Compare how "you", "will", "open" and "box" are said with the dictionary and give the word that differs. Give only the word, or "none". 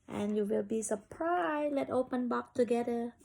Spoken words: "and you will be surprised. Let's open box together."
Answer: box